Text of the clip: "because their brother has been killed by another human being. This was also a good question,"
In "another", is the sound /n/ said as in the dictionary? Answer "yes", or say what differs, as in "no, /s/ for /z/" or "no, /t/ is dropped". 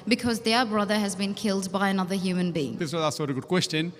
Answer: yes